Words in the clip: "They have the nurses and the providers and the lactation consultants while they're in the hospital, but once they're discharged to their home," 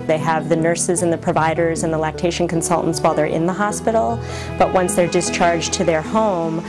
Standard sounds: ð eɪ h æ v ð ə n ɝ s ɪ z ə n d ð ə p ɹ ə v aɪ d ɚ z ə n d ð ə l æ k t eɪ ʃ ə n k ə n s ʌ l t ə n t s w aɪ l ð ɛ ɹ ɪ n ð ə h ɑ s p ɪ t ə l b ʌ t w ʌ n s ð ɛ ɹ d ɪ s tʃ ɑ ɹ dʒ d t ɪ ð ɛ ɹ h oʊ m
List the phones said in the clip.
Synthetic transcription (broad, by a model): ð eɪ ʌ v ð ə n ɝ s ɪ z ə n ð ə p ɹ ə v aɪ d ɚ z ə n ð ə l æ k t eɪ ʃ n k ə n s ʌ l t n t s w aɪ l ð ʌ ɹ ɪ n ð ə h ɑ s p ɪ t l b ʌ t w ʌ n s ð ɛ ɹ d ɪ s tʃ ɑ ɹ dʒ t ɪ ð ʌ ɹ h oʊ m